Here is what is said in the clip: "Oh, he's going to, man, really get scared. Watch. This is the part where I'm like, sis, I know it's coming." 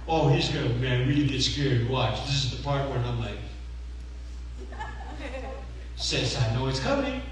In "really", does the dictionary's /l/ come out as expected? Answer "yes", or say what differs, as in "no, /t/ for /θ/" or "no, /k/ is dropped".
no, /l/ is dropped